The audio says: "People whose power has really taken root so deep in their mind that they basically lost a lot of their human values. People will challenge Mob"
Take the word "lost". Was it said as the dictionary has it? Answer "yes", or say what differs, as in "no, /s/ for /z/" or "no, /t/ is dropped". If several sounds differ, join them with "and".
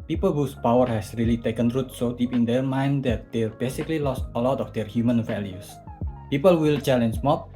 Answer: yes